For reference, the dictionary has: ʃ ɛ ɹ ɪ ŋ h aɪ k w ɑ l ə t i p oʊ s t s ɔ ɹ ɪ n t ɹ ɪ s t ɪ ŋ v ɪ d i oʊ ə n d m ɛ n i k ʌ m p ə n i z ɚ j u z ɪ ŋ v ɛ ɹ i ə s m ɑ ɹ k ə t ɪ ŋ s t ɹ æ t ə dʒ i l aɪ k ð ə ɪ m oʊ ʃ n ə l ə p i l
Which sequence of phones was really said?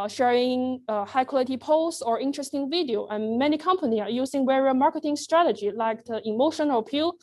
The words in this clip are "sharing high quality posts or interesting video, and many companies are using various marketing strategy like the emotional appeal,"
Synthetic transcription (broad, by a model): ʃ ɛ ɹ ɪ ŋ h aɪ k w ɑ l ə t i p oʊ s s ɔ ɹ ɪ n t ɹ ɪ s t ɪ ŋ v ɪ d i oʊ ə n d m ɛ n i k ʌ m p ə n i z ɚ j u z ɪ ŋ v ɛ ɹ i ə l m ɑ ɹ k ə t ɪ ŋ s t ɹ æ t ə dʒ i l aɪ k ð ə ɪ m oʊ ʃ ə n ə p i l